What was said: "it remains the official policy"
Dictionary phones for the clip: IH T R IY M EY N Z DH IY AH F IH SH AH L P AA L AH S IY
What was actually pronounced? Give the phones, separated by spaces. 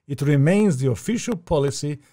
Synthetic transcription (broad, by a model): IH T R IY M EY N Z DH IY AH F IH SH AH L P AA L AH S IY